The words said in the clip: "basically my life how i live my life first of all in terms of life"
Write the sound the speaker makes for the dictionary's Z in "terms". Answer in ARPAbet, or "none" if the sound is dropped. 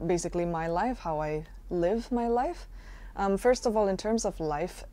Z